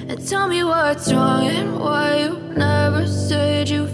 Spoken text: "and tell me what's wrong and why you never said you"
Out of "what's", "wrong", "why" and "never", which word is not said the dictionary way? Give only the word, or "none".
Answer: none